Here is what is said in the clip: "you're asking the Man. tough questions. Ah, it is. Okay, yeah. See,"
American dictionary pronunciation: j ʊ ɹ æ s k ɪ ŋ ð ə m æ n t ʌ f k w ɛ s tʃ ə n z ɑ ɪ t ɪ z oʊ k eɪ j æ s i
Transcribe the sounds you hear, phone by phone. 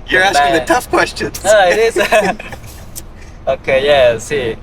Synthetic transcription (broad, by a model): j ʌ ɹ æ s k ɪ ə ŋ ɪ t ʌ f k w ɛ s tʃ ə n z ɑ ɪ t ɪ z oʊ k eɪ j æ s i